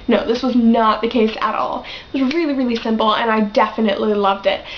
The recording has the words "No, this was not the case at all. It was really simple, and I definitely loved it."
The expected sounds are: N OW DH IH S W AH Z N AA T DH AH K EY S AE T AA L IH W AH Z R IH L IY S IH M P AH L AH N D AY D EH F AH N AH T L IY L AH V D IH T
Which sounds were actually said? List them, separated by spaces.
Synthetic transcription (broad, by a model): N OW DH IH S W AH Z N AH T DH AH K EY S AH T AA L IH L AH R IH L IY S IH M P L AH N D AY D EH F AH N AH T L IY L AH V D IH T